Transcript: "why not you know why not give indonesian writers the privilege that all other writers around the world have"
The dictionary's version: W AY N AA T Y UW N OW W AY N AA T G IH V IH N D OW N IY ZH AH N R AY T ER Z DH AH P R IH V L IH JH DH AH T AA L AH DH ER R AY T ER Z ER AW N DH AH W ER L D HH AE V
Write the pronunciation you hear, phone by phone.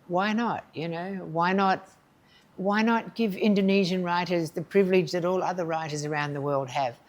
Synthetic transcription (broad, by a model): W AY N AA T Y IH N OW W AY N AA T G IH V IH N D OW N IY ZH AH N R AY T ER Z DH AH P R IH V L IH JH DH AH T AA L AH DH ER R AY T ER Z ER AW N DH AH W ER L D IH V